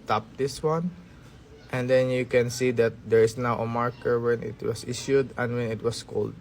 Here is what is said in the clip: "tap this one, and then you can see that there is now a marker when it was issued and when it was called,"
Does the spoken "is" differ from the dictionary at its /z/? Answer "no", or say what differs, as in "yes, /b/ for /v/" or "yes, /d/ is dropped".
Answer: yes, /s/ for /z/